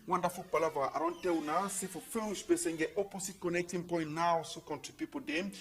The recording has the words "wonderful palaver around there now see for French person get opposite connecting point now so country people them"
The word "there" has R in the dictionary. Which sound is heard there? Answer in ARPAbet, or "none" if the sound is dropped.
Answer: L